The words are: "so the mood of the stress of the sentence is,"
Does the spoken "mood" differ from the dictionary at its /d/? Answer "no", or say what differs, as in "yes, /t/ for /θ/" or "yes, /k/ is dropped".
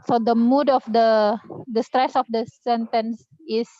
no